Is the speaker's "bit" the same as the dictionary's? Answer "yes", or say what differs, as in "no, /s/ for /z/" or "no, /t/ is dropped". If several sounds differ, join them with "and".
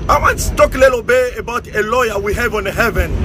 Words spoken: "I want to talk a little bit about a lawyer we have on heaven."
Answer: no, /t/ is dropped